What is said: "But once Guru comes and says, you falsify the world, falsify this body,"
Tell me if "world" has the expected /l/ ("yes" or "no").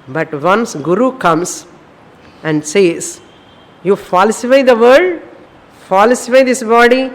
no